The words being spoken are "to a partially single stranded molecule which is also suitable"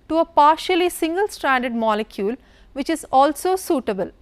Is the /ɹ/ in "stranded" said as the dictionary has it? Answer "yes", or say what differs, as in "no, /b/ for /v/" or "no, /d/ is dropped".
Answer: yes